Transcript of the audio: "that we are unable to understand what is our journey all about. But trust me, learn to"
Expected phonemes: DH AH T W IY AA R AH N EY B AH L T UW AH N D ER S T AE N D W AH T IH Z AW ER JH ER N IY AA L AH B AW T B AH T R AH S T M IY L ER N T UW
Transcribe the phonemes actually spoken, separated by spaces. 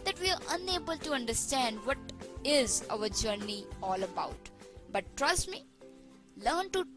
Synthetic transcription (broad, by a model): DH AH T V IY AA R AH N EY B AH L T UW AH N D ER S T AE N D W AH T IH Z AW ER JH ER N IY AA L AH B AW T B AH T R AH S T M IY L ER N T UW